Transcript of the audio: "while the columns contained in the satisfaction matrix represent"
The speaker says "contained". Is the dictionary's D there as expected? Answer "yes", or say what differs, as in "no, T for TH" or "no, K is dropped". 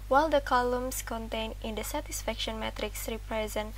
no, D is dropped